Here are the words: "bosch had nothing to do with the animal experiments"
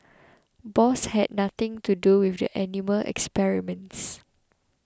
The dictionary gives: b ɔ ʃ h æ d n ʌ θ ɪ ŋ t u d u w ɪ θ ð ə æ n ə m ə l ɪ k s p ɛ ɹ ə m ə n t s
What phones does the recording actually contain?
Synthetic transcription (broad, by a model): b ɔ s h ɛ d n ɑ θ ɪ ŋ t u d u w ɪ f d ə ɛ n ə m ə l ɪ k s p ɛ ɹ ə m ə n t s